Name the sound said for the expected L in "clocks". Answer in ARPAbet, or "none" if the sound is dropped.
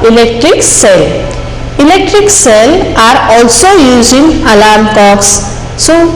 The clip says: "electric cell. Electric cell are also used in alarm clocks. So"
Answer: none